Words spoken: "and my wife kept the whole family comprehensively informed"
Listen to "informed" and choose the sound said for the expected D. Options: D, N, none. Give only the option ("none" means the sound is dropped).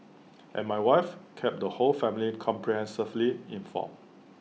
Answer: none